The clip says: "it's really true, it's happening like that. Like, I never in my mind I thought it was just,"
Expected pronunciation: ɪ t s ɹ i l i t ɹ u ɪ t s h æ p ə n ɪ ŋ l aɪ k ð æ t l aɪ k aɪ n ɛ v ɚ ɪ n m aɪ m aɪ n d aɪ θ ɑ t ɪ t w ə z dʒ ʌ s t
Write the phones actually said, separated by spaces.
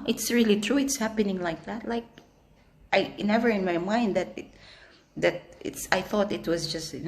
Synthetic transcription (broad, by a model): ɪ t s ɹ i l i t ɹ u ɪ t s h æ p ə n ɪ ŋ l aɪ k ð æ t l aɪ k aɪ n ɛ v ɚ ɪ n m aɪ m aɪ n d aɪ θ ɑ t ɪ t w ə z dʒ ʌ s t